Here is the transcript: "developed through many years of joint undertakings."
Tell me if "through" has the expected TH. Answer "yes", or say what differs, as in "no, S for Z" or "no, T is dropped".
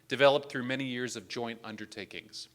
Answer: yes